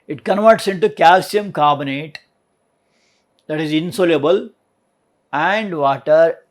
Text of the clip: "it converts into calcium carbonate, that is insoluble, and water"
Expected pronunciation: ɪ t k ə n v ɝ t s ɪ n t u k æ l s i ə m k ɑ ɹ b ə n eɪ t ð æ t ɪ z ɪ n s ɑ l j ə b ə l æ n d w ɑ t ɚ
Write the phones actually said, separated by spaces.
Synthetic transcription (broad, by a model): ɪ t k ə n v ɝ t s ɪ n t u k æ l s i ə m k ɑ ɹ b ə n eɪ t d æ t ɪ z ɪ n s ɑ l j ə b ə l æ n d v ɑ t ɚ